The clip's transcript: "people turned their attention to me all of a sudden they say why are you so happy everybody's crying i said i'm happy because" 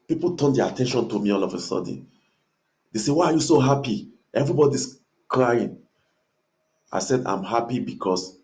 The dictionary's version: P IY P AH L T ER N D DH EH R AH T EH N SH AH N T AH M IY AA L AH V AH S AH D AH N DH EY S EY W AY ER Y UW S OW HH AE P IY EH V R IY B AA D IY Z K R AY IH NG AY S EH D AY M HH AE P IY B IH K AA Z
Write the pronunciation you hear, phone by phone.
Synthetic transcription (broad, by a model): P IY P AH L T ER N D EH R AH T EH N SH AH N T AH M IY AA L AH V AH S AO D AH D EY S EY W AY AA Y UW S OW HH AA P IY EH V R IY B AA D IY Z K R AY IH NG AY S EH D AY M HH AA P IY B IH K AA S